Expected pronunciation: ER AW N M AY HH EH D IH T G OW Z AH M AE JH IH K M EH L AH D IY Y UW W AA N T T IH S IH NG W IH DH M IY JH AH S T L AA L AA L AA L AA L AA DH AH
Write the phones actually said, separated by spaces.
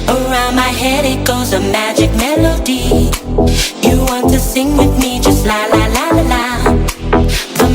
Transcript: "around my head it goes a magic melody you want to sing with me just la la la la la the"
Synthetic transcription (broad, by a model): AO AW M AY HH EH D IH T G OW Z AH M AE JH IH K M EH L AH D IY Y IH W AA N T T IH S IH NG W IH DH M IY JH AH S T L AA L AA L AA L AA L AA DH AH